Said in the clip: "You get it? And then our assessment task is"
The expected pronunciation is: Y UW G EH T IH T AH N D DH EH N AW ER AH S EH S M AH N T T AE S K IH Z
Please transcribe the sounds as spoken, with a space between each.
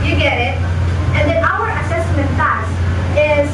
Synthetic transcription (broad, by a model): Y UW G EH T IH T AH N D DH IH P AW ER AH S EH S M AH N T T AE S IH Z